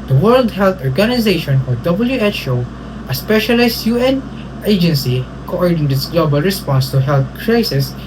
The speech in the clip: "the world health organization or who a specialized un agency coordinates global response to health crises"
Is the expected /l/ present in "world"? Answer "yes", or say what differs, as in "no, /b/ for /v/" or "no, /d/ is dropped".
yes